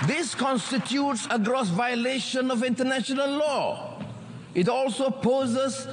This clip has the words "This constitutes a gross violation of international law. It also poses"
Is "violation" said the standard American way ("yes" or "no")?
yes